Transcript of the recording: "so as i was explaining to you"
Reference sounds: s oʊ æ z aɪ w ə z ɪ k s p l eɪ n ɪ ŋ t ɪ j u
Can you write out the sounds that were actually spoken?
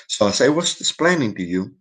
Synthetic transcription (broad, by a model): s oʊ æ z aɪ w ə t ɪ s p l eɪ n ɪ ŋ t ɪ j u